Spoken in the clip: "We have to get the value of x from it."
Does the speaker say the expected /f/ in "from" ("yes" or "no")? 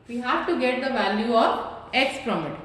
no